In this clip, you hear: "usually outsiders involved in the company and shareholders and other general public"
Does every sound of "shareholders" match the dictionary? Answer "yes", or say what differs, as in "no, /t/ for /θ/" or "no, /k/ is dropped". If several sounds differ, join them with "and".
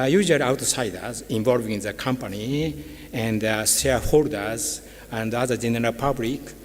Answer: no, /s/ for /ʃ/